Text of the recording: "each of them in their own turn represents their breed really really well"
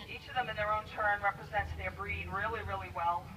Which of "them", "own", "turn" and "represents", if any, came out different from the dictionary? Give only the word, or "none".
none